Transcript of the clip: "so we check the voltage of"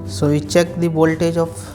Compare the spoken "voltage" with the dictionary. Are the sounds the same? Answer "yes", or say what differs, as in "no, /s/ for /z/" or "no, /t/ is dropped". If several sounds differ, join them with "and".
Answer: no, /b/ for /v/